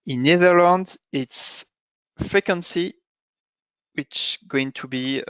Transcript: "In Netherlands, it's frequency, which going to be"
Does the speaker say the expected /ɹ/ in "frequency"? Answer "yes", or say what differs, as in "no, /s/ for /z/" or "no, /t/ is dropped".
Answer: yes